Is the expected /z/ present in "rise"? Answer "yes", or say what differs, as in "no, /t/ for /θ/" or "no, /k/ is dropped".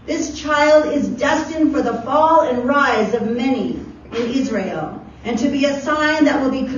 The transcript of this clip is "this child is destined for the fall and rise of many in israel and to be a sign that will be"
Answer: yes